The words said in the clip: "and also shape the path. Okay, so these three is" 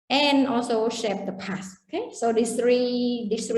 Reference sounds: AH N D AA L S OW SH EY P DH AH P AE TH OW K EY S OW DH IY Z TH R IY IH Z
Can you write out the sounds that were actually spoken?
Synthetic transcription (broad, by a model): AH N AA L S OW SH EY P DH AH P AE S OW K EY S OW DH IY S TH R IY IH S